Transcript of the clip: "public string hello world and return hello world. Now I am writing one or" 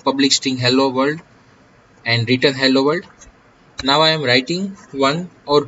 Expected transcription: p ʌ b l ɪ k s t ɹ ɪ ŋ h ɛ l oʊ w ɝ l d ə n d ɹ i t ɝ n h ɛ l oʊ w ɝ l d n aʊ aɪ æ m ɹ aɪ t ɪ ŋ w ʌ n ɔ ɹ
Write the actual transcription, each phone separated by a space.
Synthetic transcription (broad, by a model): p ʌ b l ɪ k s t ɪ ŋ h ɛ l oʊ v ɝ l d ə n d ɹ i t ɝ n h ɛ l oʊ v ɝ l d n aʊ aɪ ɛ m ɹ aɪ t ɪ ŋ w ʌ n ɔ ɹ